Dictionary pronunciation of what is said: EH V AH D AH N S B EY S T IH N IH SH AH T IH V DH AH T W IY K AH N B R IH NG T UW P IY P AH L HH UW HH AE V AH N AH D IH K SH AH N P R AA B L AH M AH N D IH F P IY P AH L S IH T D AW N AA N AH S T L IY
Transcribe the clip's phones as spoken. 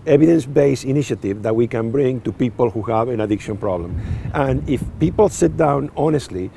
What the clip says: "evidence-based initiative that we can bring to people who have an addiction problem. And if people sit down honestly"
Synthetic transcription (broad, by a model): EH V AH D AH N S B EY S IH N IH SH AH T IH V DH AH T W IY K AH N B R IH NG T UW P IY P AH L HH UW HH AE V AH N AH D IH K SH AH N P R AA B L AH M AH N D IH F P IY P AH L S IH T D AW N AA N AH S T L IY